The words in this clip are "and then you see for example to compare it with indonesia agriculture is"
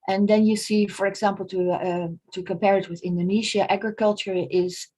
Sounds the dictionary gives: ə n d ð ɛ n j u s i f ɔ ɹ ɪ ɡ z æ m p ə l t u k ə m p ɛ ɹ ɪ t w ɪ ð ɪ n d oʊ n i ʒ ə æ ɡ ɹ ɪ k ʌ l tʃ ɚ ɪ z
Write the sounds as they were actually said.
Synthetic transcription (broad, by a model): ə n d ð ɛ n j u s i f ɔ ɹ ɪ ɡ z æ m p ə l t u k ə m p ɛ ɹ ɪ t w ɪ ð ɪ n d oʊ n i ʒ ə æ ɡ ɹ ɪ k ʌ l tʃ ɚ ɪ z